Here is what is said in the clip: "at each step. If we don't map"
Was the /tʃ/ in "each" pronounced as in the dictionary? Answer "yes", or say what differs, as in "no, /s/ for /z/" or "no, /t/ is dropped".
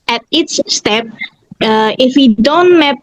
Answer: no, /s/ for /tʃ/